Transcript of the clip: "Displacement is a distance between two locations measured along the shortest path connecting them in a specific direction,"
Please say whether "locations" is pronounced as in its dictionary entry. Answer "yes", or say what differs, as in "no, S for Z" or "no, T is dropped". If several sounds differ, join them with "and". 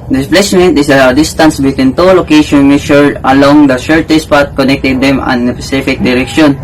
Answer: no, Z is dropped